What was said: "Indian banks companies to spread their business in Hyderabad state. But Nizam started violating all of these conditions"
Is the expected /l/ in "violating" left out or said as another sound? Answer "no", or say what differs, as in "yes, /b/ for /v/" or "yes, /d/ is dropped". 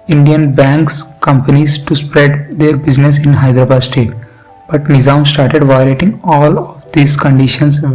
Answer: yes, /l/ is dropped